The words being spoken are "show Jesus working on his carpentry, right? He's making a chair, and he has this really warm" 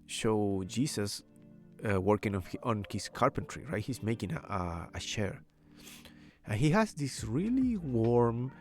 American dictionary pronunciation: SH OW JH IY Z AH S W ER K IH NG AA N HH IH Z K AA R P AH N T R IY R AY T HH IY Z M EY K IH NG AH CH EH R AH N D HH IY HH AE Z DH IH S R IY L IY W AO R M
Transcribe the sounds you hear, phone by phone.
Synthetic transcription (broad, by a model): SH OW JH IY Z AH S W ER K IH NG AA N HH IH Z K AA R P AH N T R IY R AY T HH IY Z M EY K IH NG AH SH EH R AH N HH IY HH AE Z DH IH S R IY L IY W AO R M